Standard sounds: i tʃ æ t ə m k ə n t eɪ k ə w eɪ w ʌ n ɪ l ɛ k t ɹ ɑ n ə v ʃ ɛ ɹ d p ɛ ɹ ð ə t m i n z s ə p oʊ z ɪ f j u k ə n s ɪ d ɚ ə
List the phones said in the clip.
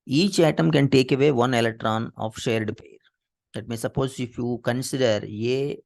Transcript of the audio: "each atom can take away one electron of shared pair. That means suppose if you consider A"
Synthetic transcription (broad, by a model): i tʃ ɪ t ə m k ə n t eɪ k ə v eɪ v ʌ n ɪ l ɛ k t ɹ ɑ n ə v ʃ ɛ ɹ d p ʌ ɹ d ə t m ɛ s ə p oʊ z ɪ f j u k ə n s ɪ d ɚ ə